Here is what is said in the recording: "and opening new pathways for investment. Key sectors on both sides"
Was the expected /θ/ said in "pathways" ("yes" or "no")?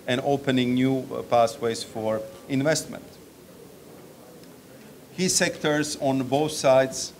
no